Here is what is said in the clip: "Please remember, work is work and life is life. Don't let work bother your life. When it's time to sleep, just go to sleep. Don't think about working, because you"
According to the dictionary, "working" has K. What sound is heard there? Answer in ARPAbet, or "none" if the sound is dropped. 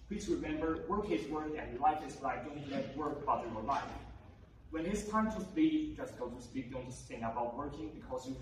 K